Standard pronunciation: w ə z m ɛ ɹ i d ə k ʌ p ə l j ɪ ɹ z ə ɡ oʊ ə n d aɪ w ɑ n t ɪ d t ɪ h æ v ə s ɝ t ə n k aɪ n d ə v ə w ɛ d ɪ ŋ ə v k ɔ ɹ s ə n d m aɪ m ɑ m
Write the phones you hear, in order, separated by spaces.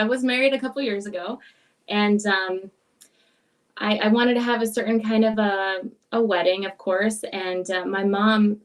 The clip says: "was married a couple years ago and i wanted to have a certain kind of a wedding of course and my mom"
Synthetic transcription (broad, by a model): w ə z m ɛ ɹ i d ə k ʌ p l j ɪ ɹ z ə ɡ oʊ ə n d aɪ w ɑ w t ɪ d t ɪ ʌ v ə s ɝ t n k aɪ n d ə v ə w ɛ d ɪ ŋ ə v k ɔ ɹ s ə n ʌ m aɪ m ɑ m